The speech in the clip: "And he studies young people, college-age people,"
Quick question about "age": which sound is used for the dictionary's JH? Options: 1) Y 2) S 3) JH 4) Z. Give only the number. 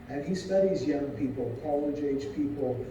4